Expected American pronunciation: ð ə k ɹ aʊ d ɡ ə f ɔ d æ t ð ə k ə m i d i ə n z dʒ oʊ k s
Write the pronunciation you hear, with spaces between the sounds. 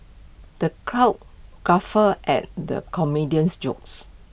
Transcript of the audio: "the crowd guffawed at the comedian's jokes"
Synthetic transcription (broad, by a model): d ə k ɹ aʊ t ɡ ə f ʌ ɛ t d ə k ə m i d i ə n s dʒ oʊ k s